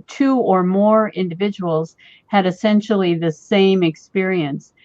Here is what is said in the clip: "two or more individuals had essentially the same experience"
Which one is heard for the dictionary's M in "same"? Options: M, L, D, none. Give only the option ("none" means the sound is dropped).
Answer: M